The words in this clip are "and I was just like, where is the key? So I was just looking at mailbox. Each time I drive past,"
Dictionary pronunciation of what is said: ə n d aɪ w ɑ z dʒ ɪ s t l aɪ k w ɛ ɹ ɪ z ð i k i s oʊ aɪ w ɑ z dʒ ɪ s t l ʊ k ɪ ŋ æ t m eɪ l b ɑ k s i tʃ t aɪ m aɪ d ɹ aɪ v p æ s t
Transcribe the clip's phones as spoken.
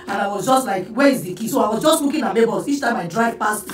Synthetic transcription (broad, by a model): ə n aɪ w ɑ z dʒ ɪ s t l aɪ k w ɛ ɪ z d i k i s oʊ aɪ w ɑ z dʒ ɪ s t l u k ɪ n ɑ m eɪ b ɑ s i tʃ t aɪ m aɪ d ɹ aɪ v p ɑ s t